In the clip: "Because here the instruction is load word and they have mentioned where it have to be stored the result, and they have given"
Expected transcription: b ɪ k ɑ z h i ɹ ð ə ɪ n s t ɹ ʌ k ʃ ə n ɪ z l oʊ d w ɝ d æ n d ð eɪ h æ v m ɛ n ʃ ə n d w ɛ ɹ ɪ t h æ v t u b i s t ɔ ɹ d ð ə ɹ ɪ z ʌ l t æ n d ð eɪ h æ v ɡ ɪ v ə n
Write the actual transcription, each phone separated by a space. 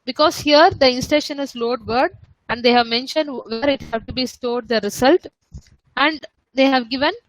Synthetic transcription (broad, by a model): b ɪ k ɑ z h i ɹ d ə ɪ n s t ɛ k ʃ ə n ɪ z l oʊ d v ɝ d æ n d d eɪ h æ v m ɛ n ʃ ə n d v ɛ ɹ ɪ t h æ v t u b i s t ɔ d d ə ɹ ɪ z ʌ l t æ n d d eɪ h æ v ɡ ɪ v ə n